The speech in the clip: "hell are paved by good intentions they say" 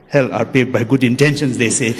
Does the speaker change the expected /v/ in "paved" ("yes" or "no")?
yes